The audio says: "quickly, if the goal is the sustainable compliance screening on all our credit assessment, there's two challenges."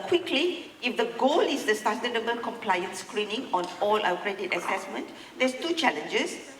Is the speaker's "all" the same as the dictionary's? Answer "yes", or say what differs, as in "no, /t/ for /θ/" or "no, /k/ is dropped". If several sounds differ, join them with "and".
yes